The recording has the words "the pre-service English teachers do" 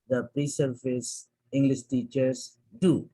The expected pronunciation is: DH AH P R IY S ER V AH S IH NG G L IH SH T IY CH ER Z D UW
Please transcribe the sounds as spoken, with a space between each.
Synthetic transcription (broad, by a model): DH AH P R IY S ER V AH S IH NG G L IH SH T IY CH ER S D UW